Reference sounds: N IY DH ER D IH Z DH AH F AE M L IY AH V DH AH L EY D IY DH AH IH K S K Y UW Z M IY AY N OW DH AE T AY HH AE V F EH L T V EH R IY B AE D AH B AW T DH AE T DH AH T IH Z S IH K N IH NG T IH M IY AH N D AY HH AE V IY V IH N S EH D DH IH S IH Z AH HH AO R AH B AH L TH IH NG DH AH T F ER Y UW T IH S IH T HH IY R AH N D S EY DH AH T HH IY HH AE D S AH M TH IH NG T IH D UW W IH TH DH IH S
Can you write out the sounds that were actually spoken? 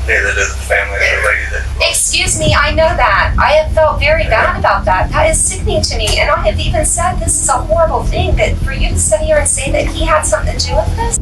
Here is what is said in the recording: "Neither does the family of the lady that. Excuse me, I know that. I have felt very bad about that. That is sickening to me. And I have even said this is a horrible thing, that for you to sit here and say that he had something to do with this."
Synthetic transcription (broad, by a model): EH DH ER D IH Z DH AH F AE M L IY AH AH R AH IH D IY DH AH IH K S K Y UW Z M IY AY N OW DH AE T AY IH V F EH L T V EH R IY B AE D AH B AW T DH AE T DH AH T IH Z S IH K N IH NG T IH M IY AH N AY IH V IY V IH N S EH D DH IH S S AH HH AO R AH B L TH IH NG DH AH T F ER Y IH T IH S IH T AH R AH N S EY DH AH T HH IY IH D S AH M TH IH NG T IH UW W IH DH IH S